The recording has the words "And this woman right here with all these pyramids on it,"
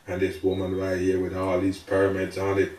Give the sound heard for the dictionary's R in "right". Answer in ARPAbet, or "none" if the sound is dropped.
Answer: L